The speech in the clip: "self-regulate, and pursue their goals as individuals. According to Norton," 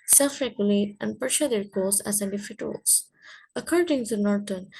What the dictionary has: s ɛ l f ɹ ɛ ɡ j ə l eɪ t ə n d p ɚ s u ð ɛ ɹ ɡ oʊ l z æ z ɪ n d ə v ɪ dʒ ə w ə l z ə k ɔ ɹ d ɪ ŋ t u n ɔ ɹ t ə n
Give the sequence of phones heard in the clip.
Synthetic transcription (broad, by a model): s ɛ l f ɹ ɛ ɡ j ə l eɪ t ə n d p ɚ ʃ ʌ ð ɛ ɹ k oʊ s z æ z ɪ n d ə f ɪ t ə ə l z ə k ɔ ɹ d ɪ ŋ t u n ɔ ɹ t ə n